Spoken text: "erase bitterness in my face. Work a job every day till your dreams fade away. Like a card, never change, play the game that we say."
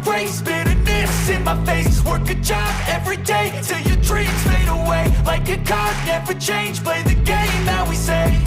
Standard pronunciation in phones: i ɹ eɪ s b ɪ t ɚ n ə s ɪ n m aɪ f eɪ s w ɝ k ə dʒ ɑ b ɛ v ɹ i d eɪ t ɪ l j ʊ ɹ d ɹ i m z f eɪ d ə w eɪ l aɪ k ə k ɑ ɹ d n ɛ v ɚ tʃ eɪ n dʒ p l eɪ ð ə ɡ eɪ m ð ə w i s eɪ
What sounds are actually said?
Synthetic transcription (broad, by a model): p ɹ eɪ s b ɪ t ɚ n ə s ɪ n m aɪ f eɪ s w ɝ k ə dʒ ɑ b ɛ v ɹ i d eɪ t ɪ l j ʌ ɹ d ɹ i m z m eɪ d ə w eɪ l aɪ k ə k ɑ ɹ d n ɛ v ɚ tʃ eɪ n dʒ p l eɪ ð ə ɡ eɪ m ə w i s eɪ